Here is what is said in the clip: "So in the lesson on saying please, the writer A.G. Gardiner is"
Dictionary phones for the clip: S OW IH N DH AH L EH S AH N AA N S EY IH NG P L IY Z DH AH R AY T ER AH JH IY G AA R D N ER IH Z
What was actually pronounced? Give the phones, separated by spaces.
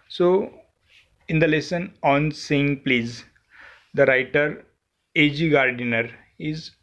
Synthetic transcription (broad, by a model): S OW IH N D AH L EH S AH N AA N S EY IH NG P L IY Z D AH R AY T ER AH JH IY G AA R D N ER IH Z